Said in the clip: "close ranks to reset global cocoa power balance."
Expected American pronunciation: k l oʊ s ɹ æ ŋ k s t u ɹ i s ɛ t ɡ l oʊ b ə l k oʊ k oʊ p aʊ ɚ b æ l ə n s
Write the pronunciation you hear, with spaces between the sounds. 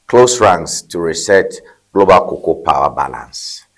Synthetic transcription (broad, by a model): k l oʊ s ɹ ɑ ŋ s t u ɹ i s ɛ t ɡ l oʊ b ə l k oʊ k oʊ p aʊ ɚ b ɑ l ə n s